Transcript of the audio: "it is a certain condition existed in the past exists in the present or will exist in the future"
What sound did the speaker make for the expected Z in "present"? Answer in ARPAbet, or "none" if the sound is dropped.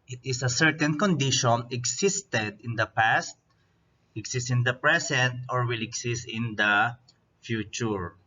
S